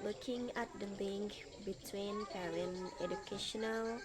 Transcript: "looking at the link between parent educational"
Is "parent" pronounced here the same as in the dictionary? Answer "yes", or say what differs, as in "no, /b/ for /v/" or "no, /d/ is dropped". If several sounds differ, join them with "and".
no, /t/ is dropped